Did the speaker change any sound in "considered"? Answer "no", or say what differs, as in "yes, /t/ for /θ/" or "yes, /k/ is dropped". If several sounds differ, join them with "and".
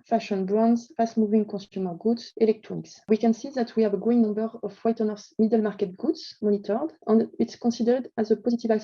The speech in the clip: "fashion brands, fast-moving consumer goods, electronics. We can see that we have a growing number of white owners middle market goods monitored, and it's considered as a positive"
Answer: yes, /n/ is dropped